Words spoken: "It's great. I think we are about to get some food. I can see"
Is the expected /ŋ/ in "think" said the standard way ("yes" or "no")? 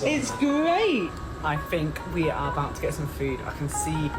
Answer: yes